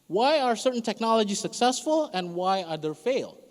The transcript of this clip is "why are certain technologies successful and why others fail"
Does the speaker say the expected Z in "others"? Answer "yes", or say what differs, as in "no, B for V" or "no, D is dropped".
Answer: no, Z is dropped